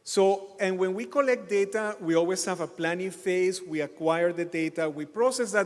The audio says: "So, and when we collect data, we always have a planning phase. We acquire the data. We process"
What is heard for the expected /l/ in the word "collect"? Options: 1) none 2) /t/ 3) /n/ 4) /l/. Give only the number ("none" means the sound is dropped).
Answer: 4